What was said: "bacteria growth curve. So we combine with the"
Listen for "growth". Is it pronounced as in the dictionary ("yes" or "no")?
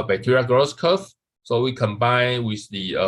no